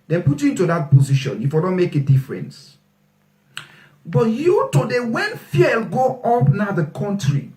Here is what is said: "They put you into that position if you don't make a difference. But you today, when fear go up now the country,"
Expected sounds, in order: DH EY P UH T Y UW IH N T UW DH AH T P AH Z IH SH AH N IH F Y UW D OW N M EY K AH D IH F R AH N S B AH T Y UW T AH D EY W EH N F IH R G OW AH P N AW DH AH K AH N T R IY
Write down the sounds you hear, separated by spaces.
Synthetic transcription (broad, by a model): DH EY P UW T Y UW IH N T UW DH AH T P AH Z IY SH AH N IH F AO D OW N M EY K AH D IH F R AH N S B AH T Y UW T AH D EY W EH N F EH L G OW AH P N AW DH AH K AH N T R IY